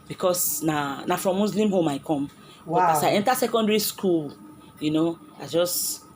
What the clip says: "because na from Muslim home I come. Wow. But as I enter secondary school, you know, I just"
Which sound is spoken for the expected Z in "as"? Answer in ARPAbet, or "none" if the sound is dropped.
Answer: S